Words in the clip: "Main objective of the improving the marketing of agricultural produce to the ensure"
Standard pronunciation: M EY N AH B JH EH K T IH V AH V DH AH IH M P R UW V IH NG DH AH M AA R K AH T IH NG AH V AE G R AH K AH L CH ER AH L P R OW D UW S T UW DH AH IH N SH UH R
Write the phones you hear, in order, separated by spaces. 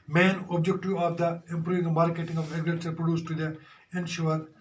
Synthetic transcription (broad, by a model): M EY N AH B JH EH K T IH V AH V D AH IH M P R UW V IH NG M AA R K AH T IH NG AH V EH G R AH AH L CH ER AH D P R OW D UW S T UW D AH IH N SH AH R